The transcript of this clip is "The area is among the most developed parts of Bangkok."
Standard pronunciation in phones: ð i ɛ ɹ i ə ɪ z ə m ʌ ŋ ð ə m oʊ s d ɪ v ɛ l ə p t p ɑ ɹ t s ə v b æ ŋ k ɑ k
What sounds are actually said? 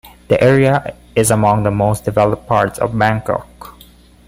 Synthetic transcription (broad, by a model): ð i ɛ ɹ i ə ɪ z ə m ʌ ŋ ð ə m oʊ s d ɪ v ɛ l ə p p ɑ ɹ t s ə v b æ ŋ k ɑ k